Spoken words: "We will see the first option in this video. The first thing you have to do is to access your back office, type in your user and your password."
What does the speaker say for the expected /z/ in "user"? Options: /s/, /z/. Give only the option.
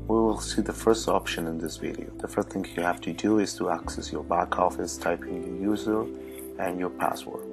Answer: /z/